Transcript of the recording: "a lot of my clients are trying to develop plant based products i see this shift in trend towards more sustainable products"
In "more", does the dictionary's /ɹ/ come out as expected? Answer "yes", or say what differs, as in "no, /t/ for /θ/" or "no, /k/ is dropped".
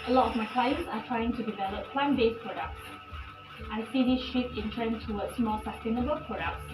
no, /l/ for /ɹ/